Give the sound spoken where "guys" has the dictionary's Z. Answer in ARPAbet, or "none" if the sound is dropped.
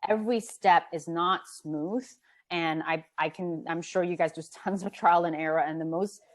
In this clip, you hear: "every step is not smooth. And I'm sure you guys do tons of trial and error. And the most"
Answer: Z